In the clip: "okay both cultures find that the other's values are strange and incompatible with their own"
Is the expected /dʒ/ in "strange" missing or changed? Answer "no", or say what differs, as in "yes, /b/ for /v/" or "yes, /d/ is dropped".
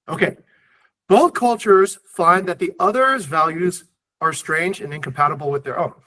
no